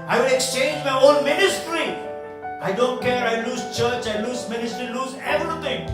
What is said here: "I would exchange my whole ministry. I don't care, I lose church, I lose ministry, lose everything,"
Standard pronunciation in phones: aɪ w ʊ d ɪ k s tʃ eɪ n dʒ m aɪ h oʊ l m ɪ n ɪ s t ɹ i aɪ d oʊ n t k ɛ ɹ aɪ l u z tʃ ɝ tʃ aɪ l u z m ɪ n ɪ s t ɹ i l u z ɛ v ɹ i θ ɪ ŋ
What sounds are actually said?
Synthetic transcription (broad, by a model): aɪ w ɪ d ɪ k s tʃ eɪ n dʒ m aɪ oʊ n m ɪ n ɪ s t ɹ i aɪ d oʊ n t k ɛ ɹ aɪ l u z tʃ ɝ tʃ aɪ l u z m ɪ n ɪ s t ɹ i l u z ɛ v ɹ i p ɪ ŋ